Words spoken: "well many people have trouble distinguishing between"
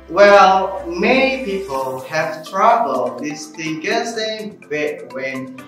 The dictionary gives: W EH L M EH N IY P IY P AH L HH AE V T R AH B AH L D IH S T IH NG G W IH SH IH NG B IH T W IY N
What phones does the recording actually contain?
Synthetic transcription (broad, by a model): W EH L M EH N IY P IY P AH L HH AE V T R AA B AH L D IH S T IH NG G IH S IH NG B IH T W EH N